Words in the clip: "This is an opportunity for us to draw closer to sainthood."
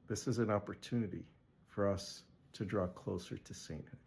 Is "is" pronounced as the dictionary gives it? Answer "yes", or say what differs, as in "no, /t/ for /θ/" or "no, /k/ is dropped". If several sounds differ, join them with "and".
yes